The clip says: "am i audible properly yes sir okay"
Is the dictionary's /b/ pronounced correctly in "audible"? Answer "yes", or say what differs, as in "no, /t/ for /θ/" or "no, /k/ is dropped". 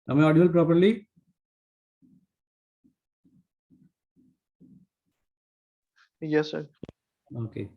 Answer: no, /b/ is dropped